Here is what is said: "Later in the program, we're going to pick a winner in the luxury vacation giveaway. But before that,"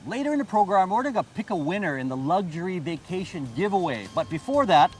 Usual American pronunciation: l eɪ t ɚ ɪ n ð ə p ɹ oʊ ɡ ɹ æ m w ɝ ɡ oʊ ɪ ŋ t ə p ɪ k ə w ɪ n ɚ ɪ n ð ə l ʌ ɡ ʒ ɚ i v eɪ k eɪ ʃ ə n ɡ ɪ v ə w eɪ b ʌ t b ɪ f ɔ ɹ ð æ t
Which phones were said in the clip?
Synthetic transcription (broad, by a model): l eɪ t ɚ ɪ n ð ə p ɹ oʊ ɡ ɹ æ m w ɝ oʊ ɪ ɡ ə p ɪ k ə w ɪ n ɚ ɪ n ð ə l ʌ ɡ ʒ ɚ i v eɪ k eɪ ʃ ə n ɡ ɪ v ə w eɪ b ʌ t b ɪ f ɔ ɹ ð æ t